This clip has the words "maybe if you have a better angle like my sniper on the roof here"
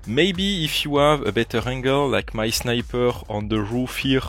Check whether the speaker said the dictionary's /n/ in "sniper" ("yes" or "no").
yes